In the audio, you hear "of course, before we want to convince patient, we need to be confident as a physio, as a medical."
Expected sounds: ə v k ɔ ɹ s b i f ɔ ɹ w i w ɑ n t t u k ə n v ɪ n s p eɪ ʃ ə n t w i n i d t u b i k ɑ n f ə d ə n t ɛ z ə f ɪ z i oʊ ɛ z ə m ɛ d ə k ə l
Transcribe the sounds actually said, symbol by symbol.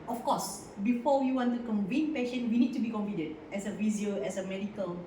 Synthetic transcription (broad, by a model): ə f k ɔ s b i f ɔ w i w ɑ n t t u k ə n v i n p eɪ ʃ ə n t w i n i d t u b i k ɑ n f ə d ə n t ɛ s ə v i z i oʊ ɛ s ə m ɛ d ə k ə l